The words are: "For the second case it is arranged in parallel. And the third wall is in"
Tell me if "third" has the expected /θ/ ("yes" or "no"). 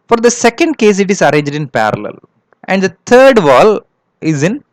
no